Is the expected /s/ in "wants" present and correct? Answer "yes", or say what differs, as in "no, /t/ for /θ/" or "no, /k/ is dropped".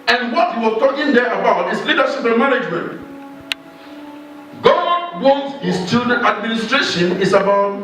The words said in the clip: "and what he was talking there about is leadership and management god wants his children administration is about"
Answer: no, /s/ is dropped